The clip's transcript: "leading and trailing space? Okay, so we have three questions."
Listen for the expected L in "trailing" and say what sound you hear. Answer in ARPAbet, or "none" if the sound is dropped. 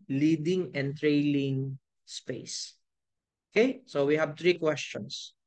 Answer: L